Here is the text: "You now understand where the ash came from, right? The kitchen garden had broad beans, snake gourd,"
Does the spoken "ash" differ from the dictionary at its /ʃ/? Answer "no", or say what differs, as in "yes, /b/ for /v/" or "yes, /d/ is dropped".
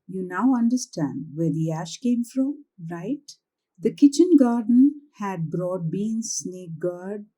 no